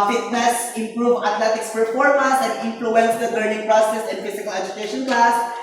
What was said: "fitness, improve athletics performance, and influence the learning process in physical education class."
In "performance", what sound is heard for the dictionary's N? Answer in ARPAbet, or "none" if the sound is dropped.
none